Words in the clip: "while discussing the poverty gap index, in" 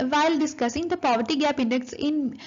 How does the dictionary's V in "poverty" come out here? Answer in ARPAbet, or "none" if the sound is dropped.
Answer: V